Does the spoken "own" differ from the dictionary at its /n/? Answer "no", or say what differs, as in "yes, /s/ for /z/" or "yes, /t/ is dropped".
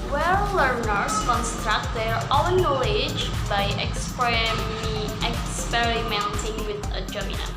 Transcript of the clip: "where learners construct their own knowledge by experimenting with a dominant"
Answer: yes, /l/ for /n/